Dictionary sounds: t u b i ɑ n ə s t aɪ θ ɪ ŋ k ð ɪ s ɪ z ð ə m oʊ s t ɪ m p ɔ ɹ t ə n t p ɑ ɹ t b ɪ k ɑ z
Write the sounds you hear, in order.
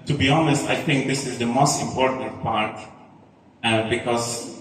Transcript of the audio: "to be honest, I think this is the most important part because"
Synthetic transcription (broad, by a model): t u b i ɑ n ə s t aɪ θ ɪ ŋ k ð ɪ s ɪ z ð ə m oʊ s t ɪ m p ɔ ɹ t ə n t p ɑ ɹ t b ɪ k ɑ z